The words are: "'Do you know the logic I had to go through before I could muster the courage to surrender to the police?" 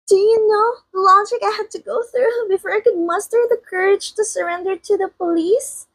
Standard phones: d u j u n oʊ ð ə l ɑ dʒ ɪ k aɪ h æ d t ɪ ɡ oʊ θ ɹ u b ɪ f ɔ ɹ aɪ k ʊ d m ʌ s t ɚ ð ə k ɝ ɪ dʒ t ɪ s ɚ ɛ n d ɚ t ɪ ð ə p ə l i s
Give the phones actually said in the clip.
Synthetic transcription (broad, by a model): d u j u n oʊ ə l ɑ dʒ ɪ k aɪ h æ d t ɪ ɡ oʊ θ ɹ u b ɪ f ɔ ɹ aɪ k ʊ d m ʌ s t ɚ ð ə k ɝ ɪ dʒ t ɪ s ɚ ɛ n d ɚ t ɪ ð ə p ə l i s